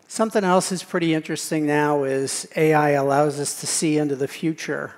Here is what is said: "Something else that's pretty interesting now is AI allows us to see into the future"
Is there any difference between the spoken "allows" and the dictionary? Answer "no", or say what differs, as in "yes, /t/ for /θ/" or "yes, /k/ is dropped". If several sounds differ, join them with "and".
no